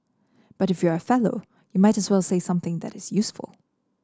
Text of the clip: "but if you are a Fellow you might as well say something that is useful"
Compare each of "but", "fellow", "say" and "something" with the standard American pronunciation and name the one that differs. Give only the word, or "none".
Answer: none